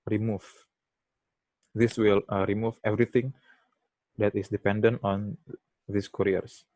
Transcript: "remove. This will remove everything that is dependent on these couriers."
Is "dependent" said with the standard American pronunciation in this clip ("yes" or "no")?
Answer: yes